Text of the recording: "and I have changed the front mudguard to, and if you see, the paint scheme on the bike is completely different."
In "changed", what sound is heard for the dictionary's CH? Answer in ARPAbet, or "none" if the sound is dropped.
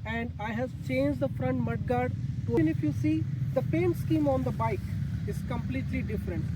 CH